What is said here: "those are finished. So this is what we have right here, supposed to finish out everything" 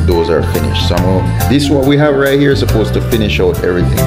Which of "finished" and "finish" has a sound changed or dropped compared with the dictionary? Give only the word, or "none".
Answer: none